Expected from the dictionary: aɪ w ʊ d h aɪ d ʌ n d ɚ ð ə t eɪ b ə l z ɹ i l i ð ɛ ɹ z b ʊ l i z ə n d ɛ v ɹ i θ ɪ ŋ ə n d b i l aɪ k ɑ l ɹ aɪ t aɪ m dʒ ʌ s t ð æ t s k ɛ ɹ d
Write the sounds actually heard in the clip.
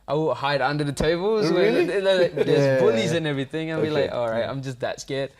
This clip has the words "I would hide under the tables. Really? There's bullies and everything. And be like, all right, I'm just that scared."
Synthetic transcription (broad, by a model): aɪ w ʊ h aɪ d ʌ n d ɚ ð ə t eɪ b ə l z w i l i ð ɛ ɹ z b ʊ l i z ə n ɛ v ɹ i θ ɪ ŋ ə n b i l aɪ k ɑ l ɹ aɪ t aɪ m dʒ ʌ s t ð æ t s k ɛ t